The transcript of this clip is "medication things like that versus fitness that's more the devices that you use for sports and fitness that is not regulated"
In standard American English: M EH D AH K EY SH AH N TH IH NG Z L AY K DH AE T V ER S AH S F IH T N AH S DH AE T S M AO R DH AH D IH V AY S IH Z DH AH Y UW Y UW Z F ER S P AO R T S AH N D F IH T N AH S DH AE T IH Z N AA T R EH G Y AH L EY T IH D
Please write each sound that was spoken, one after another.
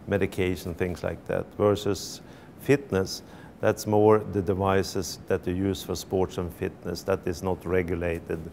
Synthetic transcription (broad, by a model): M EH D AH K EY SH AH N TH IH NG S L AY K DH AE T V ER S AH S F IH T N AH S DH AE T S M AO R DH AH D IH V AY S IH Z DH AH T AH Y UW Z F ER S P AO R T S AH N F IH T N AH S DH AE T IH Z N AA T R EH G Y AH L EY T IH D